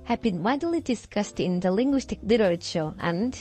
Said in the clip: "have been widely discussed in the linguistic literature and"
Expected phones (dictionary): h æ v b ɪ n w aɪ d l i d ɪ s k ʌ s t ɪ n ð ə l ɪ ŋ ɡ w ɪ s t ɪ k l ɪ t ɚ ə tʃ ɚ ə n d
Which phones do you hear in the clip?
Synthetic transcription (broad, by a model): h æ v b ɪ n w aɪ d l i d ɪ s k ʌ s t ɪ n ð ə l ɪ ŋ ɡ w ɪ s t ɪ k l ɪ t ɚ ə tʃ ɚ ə n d